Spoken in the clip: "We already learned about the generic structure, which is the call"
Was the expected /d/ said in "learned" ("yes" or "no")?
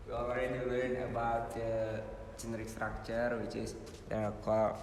no